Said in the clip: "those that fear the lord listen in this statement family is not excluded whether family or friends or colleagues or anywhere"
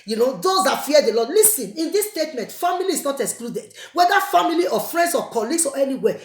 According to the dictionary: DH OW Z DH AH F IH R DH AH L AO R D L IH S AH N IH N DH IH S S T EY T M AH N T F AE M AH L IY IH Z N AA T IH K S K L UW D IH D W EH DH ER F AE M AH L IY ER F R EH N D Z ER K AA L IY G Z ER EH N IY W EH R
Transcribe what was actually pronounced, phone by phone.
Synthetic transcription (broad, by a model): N OW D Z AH F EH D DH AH L AO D L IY S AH N IH N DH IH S S T EY T M AH N T F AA M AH L IY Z N AA T IH K S K L UW D IH D W EH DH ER F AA M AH L IY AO F R EH N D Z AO K AA L IY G S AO EH N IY W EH